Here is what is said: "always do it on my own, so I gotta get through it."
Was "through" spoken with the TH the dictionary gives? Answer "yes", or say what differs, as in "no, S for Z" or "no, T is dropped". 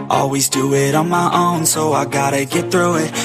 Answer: yes